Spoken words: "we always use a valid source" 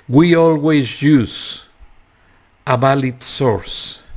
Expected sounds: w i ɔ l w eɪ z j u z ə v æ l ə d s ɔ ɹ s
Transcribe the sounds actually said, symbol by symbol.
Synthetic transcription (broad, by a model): w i ɔ l w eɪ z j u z ə b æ l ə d s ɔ ɹ s